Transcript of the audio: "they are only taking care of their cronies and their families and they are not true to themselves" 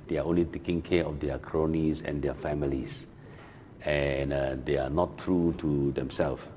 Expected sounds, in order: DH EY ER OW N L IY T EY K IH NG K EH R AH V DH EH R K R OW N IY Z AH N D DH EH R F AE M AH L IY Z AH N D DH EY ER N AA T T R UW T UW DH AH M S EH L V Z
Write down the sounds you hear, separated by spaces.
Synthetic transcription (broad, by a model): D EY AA OW N L IY T EY K IH NG K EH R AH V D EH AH K R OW N IY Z AH N D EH F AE M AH L IY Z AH N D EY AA N AA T T R UW T UW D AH M S EH L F